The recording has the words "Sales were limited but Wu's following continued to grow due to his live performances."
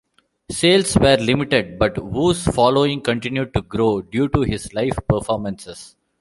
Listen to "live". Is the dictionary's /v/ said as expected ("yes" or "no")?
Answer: no